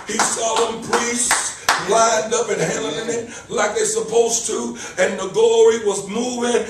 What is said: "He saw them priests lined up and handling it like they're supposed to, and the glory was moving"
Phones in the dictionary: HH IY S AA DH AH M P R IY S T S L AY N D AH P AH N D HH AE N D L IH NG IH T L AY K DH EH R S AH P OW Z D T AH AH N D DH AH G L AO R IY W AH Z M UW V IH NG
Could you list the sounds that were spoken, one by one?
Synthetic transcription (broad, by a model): HH IY S AA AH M P R IY S T S L AY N D AH P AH N HH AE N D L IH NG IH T L AY K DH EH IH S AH P OW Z T AH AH N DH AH G AO R IY W AH Z M UW V IH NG